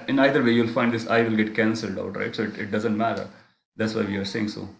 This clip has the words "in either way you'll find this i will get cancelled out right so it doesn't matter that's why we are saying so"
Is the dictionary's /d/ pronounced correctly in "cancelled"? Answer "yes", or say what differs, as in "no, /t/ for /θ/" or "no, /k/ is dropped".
yes